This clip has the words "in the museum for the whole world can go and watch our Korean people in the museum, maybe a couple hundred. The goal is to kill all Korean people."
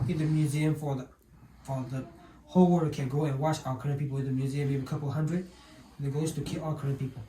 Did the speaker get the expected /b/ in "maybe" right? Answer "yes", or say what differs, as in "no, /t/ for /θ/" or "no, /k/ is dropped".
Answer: no, /b/ is dropped